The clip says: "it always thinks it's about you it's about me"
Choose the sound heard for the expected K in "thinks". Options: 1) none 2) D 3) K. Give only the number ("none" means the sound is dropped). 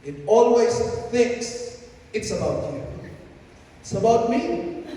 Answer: 3